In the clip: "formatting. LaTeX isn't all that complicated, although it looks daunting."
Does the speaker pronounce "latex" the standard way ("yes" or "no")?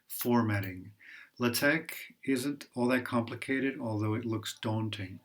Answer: no